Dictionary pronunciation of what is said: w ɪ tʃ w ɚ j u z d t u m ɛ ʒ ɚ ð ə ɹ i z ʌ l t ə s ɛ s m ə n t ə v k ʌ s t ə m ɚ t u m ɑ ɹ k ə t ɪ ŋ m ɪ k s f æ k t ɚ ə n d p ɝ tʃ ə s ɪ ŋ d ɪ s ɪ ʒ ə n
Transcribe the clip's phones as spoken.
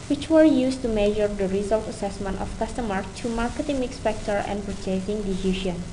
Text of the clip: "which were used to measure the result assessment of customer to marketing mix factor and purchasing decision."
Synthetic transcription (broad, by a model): w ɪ tʃ w ɚ j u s t u m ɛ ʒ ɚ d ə ɹ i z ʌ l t ə s ɛ s m ə n t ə f k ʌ s t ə m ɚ t u m ɑ ɹ k ə t ɪ ŋ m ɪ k s p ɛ k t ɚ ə n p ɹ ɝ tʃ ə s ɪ ŋ d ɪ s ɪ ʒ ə n